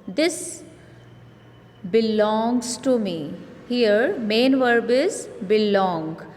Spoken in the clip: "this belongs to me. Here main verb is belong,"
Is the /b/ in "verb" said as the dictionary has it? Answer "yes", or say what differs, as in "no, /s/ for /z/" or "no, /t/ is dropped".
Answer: yes